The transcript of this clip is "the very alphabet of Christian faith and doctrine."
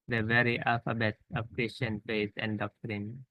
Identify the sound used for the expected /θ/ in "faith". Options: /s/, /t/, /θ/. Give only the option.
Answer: /s/